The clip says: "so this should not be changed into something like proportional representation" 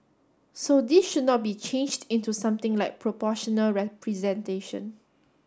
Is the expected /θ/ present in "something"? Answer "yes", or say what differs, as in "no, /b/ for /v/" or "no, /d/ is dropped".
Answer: no, /t/ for /θ/